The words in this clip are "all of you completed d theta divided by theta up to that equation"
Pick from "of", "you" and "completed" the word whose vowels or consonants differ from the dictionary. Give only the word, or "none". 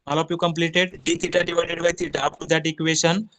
of